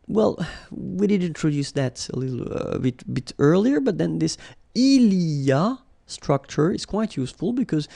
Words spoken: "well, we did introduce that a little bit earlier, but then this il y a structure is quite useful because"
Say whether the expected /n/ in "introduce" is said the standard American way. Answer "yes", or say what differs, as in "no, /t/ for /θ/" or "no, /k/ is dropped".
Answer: yes